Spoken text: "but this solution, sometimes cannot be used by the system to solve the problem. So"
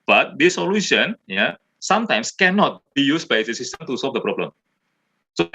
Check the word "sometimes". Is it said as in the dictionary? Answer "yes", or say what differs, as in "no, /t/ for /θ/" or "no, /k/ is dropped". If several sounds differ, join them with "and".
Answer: no, /s/ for /z/